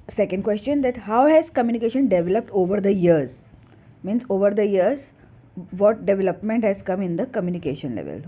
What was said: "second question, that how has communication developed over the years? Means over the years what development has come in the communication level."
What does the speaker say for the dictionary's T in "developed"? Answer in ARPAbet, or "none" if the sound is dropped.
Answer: T